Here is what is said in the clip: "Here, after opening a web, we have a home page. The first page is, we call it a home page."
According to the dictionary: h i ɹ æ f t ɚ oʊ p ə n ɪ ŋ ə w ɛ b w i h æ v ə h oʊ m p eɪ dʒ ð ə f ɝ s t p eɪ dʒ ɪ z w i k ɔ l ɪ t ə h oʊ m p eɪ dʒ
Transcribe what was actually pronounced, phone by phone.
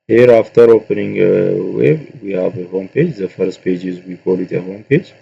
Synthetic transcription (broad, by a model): h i ɹ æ f t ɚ oʊ p ə n ɪ ŋ ə w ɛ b w i h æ v ə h oʊ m p eɪ dʒ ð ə f ɝ s t p eɪ dʒ ɪ z w i k ɔ l ɪ t ə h oʊ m p eɪ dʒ